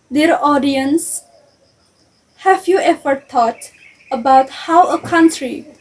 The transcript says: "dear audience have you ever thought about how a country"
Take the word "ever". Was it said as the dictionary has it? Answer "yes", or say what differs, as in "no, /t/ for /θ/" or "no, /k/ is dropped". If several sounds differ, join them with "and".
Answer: no, /f/ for /v/